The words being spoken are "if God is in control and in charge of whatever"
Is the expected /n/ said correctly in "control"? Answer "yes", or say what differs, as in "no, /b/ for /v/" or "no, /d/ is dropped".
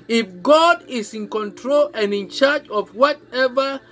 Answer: yes